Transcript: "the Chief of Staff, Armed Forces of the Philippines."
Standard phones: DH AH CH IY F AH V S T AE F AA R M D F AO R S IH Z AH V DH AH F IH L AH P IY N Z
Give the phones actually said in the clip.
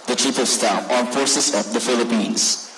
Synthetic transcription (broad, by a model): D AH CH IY P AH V S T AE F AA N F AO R S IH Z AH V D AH F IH L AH P IY N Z